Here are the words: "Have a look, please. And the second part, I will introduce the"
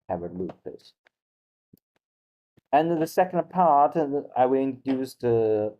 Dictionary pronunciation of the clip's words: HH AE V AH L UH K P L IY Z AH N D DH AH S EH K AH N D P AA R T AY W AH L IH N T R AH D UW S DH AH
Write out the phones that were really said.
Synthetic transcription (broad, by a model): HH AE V AH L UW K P IH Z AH N DH AH S EH K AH N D P AA R T AY W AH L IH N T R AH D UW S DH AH